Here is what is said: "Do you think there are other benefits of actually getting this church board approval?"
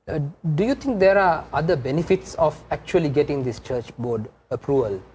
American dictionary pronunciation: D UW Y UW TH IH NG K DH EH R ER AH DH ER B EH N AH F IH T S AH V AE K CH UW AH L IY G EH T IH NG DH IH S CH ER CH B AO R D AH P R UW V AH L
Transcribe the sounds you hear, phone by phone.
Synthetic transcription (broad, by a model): D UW Y UW T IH NG K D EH R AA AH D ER B EH N AH F IH T S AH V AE K CH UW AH L IY G EH T IH NG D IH S CH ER CH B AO D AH P R UW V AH L